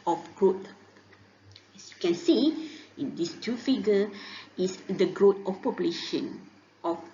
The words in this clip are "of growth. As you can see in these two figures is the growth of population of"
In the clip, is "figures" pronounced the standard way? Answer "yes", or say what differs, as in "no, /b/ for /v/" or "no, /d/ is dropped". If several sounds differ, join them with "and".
no, /z/ is dropped